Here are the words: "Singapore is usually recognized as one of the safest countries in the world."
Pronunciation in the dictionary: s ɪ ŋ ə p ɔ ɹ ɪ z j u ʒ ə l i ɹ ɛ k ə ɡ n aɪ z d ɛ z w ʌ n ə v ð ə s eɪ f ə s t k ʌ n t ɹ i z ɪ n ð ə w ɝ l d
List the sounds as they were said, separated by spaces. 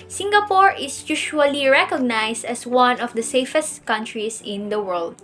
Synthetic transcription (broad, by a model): s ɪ ŋ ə p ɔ ɹ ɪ s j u ʃ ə l i ɹ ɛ k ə ɡ n aɪ s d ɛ s w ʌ n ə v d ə s eɪ f ə s t k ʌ n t ɹ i s ɪ n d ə w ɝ l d